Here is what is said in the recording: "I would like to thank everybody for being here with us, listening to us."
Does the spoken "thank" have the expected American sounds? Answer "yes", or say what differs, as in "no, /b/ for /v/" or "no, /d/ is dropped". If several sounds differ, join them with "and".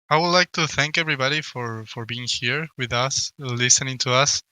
yes